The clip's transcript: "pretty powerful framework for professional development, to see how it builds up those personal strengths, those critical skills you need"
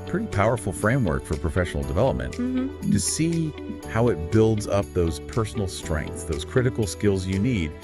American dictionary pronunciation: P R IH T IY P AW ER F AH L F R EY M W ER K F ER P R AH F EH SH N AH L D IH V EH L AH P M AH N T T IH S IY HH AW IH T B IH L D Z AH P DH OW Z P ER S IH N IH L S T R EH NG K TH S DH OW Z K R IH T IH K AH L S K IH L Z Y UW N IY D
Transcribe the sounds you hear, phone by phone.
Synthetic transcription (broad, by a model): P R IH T IY P AW ER F L F R EY M W ER K F ER P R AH F EH SH N L D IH V EH L AH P M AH N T T IH S IY HH AW IH T B IH L D Z AH P DH OW Z P ER S N L S T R EH NG K TH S DH OW Z K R IH T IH K L S K IH L Z Y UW N IY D